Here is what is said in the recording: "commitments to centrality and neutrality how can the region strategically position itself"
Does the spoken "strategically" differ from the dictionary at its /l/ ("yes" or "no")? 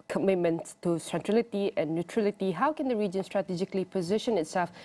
no